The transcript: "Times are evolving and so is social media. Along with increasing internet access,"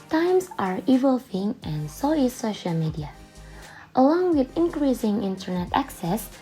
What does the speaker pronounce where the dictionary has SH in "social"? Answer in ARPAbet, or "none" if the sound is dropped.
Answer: SH